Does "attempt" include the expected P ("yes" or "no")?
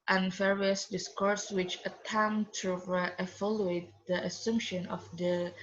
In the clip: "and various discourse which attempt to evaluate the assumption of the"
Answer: no